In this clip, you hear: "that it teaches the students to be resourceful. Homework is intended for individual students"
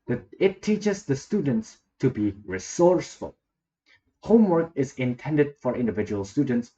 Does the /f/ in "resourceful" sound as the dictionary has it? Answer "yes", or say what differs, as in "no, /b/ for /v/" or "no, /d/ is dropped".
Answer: yes